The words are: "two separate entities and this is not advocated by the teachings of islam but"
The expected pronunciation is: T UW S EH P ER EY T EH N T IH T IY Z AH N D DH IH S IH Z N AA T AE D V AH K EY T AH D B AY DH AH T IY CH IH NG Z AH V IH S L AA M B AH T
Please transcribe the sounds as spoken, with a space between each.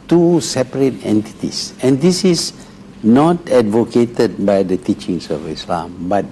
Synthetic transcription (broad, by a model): T UW S EH P ER EY T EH N T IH T IY S AH N D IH S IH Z N AA T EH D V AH K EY T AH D B AY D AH T IY CH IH NG S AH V IH S L AA M B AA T